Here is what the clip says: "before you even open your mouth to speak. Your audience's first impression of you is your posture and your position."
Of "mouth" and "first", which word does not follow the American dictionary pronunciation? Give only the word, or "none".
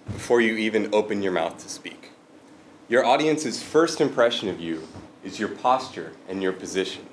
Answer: none